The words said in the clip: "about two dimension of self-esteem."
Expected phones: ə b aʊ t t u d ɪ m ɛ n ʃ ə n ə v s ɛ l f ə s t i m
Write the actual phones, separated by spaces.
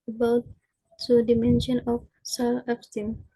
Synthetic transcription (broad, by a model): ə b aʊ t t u d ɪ m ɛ n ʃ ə n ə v s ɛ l ə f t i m